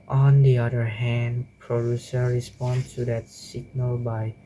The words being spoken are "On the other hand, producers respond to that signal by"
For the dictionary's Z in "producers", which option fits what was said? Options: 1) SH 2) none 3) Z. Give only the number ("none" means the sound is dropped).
2